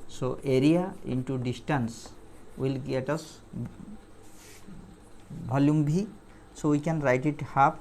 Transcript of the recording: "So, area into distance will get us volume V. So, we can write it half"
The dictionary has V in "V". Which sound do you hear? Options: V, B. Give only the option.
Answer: B